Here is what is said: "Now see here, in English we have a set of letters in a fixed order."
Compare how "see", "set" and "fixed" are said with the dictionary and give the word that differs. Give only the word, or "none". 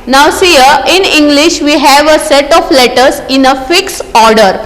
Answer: fixed